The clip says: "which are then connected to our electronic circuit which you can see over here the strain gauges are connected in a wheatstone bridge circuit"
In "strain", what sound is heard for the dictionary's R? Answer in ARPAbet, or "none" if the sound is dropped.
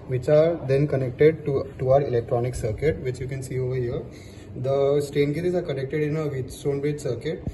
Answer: none